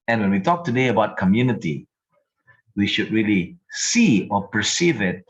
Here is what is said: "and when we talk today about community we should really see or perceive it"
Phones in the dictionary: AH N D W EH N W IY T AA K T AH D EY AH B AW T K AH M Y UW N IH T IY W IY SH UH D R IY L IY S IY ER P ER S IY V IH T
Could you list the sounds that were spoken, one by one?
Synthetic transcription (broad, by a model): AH N W EH N W IY T AA K T AH D EY AH B AW T K AH M Y UW N IH T IY W IY SH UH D R IY L IY S IY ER P ER S IY V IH T